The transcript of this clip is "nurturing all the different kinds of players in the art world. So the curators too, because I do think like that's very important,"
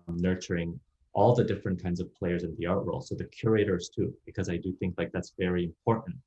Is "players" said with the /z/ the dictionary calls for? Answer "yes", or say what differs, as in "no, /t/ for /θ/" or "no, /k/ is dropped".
yes